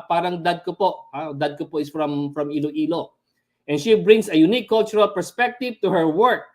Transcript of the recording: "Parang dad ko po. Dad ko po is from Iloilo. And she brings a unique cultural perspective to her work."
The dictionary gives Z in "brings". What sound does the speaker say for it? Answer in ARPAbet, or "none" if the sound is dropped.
S